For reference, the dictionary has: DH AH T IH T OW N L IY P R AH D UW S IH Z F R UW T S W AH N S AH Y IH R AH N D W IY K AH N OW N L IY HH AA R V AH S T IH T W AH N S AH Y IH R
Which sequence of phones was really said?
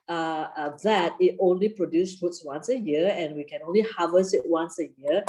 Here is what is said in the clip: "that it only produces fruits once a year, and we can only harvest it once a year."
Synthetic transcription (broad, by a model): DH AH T IH T OW N L IY P R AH D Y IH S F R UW T S W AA N S AH Y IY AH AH N W IY K AH N OW N L IY HH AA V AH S IH T W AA N S AH Y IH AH